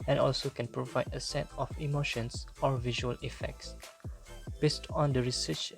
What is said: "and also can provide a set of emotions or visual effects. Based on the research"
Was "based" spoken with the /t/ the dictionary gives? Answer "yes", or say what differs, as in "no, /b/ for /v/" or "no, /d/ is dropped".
yes